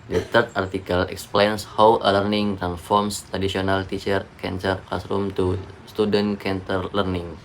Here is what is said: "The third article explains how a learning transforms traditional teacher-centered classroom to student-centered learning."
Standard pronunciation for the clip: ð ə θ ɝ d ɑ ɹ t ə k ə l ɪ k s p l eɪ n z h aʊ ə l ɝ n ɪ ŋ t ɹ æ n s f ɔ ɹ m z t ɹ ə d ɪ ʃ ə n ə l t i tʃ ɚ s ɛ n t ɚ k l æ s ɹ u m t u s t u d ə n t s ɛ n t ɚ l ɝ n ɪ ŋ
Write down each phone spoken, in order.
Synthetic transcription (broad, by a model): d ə t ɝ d ɑ ɹ t ə k ə l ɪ k s p l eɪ n s h aʊ ə l ɝ n ɪ ŋ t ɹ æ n f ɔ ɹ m s t ɹ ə d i s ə n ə l t i tʃ ɚ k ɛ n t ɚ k l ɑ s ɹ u m t u s t u d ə n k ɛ n t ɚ l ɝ n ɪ ŋ